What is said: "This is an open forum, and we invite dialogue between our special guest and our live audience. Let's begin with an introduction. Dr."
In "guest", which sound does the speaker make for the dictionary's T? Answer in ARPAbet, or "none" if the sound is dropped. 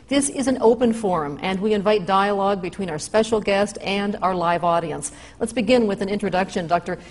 T